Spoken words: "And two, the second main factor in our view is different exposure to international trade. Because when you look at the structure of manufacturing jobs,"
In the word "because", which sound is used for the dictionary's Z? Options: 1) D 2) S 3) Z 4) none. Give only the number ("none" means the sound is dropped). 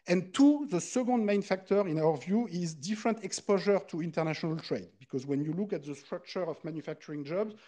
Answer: 3